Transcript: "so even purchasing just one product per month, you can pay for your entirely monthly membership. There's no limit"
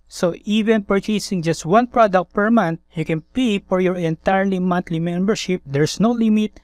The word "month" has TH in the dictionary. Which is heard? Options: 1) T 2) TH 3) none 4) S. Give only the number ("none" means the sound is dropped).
1